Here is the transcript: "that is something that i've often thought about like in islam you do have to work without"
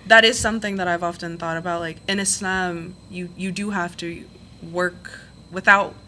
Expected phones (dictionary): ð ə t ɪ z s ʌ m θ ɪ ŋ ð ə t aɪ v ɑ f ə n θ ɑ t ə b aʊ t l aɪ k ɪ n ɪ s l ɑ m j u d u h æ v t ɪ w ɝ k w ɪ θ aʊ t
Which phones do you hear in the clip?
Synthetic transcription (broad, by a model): ð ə t ɪ z s ʌ m θ ɪ ŋ ð ə t aɪ v ɑ f ə n θ ɑ t ə b aʊ t l aɪ k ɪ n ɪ s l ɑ m j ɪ d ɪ h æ f t ɪ w ɝ k w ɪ θ aʊ t